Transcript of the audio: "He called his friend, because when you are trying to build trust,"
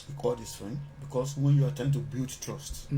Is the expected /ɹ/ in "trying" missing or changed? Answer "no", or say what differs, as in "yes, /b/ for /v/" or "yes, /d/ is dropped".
yes, /ɹ/ is dropped